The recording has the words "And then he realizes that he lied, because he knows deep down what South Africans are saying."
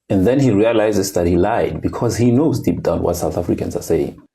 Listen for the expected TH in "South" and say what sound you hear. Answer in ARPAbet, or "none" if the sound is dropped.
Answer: TH